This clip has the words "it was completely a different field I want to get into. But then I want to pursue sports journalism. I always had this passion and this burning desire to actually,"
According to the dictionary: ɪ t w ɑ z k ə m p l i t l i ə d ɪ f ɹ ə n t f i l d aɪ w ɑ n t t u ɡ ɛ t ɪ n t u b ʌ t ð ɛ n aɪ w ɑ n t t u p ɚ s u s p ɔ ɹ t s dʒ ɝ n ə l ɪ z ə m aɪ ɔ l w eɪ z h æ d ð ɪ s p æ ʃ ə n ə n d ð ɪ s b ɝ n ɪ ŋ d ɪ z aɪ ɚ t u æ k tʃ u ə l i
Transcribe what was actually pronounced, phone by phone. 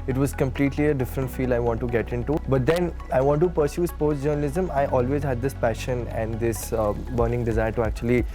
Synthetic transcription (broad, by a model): ɪ t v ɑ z k ə m p l i t l i ə d ɪ f ɹ ə n t f i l aɪ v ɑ n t t u ɡ ɛ t ɪ n t u b ʌ t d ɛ n aɪ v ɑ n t t u p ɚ s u s p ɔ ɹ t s dʒ ɝ n ə l ɪ z ə m aɪ ɔ l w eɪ z h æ d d ɪ s p æ ʃ ə n ə n d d ɪ s b ɝ n ɪ ŋ d ɪ z aɪ ɚ t u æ k tʃ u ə l i